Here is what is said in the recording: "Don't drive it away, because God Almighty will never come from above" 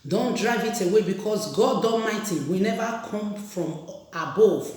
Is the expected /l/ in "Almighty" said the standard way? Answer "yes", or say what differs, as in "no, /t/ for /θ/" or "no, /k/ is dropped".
no, /l/ is dropped